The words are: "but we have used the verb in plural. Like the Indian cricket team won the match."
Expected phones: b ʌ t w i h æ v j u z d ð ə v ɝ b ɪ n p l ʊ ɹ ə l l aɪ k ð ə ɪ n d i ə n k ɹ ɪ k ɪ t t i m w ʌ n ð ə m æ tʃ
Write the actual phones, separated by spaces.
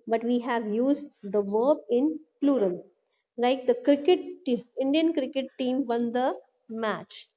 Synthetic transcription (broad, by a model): b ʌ t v i h æ v j u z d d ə v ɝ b ɪ n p l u ɹ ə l l aɪ k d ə ɪ n d i ə n k ɹ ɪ k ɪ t t i m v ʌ n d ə m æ tʃ